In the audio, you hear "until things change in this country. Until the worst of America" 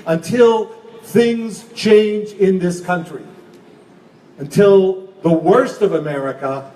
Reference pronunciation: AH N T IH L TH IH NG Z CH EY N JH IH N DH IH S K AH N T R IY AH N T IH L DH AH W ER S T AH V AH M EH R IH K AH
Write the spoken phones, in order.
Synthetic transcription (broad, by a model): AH N T IH L TH IH NG Z CH EY N JH IH N DH IH S K AH N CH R IY AH N T IH L DH AH W ER S T AH V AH M EH R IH K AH